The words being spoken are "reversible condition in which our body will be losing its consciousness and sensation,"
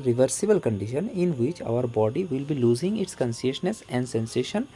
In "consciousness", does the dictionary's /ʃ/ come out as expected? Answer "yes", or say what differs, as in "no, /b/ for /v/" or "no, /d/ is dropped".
no, /s/ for /ʃ/